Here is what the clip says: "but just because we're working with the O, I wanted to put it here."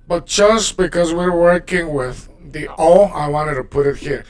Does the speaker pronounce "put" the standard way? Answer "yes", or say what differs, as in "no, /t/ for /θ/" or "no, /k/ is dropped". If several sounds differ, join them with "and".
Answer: yes